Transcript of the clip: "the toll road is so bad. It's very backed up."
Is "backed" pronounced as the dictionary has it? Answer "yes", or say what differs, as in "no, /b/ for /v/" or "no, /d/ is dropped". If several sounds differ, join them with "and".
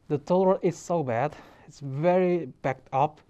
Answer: yes